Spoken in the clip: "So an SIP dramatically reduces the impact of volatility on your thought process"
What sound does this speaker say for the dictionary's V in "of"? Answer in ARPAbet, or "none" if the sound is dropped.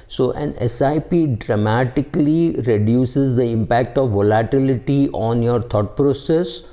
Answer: V